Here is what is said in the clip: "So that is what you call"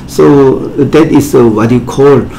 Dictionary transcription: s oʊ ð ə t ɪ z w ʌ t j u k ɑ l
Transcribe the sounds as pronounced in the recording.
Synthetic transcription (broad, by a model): s oʊ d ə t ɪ s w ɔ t j u k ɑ l